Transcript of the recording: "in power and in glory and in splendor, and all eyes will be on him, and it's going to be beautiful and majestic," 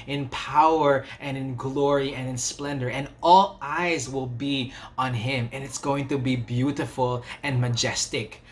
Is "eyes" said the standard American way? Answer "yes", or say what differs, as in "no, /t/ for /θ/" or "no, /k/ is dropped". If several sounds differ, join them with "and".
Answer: yes